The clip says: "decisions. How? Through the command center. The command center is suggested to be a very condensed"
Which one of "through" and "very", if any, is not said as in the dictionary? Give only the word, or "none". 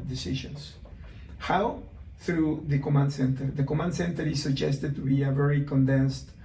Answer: none